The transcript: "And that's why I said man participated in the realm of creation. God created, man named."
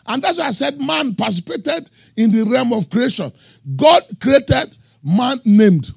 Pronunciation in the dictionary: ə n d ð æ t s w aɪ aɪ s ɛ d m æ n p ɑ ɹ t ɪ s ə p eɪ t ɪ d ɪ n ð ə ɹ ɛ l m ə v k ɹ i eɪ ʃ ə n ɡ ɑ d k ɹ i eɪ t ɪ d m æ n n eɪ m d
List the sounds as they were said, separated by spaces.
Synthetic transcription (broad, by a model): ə n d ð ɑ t s w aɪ aɪ s ɛ d m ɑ n p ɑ s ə p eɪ t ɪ d ɪ n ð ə ɹ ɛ m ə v k ɹ i eɪ ʃ ə n ɡ ɑ d k ɹ i eɪ t ɪ d m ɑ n n eɪ m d